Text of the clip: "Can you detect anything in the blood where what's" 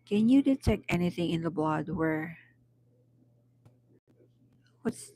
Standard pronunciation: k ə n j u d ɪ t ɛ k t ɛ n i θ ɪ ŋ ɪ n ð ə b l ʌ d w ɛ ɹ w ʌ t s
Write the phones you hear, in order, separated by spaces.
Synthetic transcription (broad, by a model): k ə n j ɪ d ɪ t ɛ k t ɛ n i θ ɪ ŋ ɪ n ð ə b l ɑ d w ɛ ɹ w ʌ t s